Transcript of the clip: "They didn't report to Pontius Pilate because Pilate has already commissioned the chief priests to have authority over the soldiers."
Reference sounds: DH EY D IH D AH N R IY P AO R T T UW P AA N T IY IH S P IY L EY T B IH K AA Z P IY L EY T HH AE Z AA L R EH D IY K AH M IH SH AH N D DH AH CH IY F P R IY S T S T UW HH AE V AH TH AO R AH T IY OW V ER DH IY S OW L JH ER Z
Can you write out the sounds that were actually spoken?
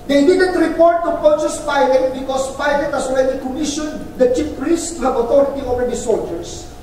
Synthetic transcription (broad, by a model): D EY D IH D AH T R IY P AO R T T UW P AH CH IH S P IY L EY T B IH K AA S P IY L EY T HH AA S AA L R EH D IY K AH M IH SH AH N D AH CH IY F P R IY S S T UW HH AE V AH T AO R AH T IY OW V ER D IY S OW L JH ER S